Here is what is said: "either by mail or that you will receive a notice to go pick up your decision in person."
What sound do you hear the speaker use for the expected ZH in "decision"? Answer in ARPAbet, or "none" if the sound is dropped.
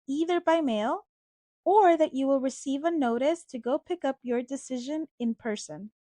ZH